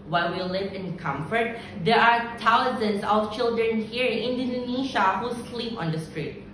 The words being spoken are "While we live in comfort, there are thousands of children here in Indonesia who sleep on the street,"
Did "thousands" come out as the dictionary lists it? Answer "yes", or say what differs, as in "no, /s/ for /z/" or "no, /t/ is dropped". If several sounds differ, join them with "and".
no, /t/ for /θ/